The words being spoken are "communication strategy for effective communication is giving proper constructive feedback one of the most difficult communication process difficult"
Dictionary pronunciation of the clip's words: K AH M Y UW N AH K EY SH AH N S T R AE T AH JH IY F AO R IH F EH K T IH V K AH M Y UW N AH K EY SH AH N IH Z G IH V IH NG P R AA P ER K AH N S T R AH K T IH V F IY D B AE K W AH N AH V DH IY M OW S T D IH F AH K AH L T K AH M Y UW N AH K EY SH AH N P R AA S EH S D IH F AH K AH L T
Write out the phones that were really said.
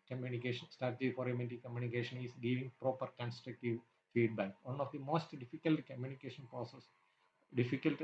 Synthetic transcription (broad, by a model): K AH M Y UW N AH K EY SH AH N S T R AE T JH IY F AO R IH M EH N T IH K AH M Y UW N AH K EY SH AH N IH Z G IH V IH NG P R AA P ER K AH N S T R AH K T IH V F IY D B AE K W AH N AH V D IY M OW S T D IH F AH K AH L T K AH M Y UW N AH K EY SH AH N P R AA S EH S D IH F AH K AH L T